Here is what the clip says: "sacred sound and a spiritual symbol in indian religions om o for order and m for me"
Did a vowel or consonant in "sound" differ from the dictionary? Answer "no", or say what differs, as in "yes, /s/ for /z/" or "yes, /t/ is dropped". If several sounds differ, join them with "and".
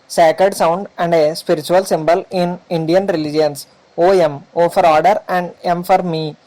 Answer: no